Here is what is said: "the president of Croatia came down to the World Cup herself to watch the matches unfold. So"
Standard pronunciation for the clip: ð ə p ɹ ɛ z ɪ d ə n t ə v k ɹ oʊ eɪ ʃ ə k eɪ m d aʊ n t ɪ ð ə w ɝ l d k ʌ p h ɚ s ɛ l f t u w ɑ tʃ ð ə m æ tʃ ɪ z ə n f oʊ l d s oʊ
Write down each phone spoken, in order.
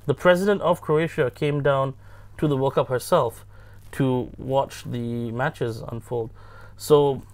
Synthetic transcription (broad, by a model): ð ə p ɹ ɛ z ɪ d ə n t ə v k ɹ oʊ eɪ ʃ ə k eɪ m d aʊ n t ɪ ð ə w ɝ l k ʌ p h ɚ s ɛ l f t u w ɑ tʃ ð ə m æ tʃ ɪ z ə n f oʊ l d s oʊ